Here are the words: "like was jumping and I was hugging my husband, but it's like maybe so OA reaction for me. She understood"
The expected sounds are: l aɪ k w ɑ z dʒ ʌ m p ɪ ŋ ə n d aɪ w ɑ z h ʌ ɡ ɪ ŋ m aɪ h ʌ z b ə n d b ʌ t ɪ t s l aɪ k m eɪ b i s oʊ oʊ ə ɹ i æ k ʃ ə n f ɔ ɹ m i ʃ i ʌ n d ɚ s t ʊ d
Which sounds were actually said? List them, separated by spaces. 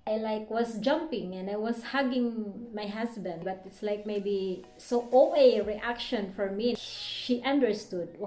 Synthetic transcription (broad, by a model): l aɪ k w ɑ s dʒ ʌ m p ɪ ŋ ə n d aɪ w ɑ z h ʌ ɡ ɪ ŋ m aɪ h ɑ s b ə n d b ʌ t ɪ t s l aɪ k m eɪ b i s oʊ oʊ ə ɹ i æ k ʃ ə n f ɔ ɹ m i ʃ i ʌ n d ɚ s t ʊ d